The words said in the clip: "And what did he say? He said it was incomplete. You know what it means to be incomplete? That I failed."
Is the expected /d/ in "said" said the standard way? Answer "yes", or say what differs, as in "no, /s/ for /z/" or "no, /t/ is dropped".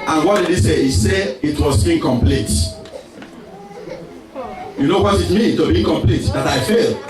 no, /d/ is dropped